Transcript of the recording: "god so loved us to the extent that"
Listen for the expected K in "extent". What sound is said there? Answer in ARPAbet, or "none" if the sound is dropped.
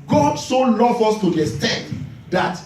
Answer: none